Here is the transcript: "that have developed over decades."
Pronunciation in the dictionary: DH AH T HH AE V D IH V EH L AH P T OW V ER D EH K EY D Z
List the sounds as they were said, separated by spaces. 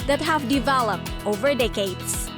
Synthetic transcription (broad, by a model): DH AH T HH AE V D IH V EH L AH P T OW V ER D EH K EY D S